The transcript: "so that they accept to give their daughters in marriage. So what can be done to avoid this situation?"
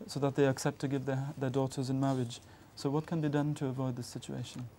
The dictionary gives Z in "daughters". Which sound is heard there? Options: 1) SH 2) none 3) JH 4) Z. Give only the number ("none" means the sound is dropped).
4